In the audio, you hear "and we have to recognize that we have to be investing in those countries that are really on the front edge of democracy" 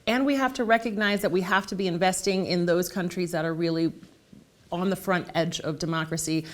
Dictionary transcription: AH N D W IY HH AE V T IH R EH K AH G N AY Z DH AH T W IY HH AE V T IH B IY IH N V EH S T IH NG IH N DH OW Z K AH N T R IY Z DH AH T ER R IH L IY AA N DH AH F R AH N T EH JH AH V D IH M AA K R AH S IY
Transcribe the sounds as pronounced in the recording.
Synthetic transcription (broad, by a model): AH N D W IY HH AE F T IH R EH K AH G N AY Z DH AH T W IY HH AE F T IH B IY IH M V EH S T IH NG IH N DH OW Z K AH N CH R IY Z DH AH T ER R IH L IY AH N DH AH F R AH N T EH JH AH V D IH M AA K R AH S IY